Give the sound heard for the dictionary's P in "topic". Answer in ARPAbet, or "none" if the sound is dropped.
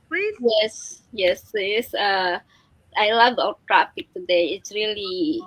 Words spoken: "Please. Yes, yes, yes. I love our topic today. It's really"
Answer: F